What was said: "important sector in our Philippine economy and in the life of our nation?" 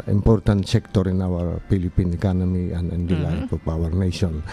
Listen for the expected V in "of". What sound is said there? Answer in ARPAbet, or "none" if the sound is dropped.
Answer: P